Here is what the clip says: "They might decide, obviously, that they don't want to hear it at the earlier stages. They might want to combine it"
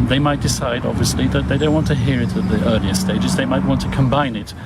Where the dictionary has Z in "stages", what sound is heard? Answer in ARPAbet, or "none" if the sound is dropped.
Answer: Z